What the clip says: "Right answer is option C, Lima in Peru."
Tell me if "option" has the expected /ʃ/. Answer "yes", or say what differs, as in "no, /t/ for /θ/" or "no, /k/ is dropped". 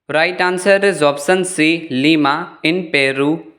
no, /s/ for /ʃ/